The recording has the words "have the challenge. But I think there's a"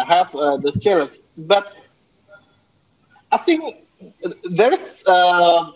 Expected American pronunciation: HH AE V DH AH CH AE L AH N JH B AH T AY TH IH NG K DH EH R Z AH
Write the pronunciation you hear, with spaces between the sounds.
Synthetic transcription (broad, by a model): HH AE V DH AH S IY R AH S B AH T AY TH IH NG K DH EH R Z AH